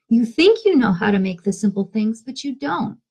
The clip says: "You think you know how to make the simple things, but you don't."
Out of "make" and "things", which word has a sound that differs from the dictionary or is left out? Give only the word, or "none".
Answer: none